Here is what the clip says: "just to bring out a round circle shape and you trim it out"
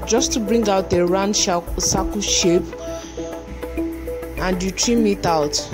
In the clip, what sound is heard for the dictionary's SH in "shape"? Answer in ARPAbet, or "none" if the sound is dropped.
SH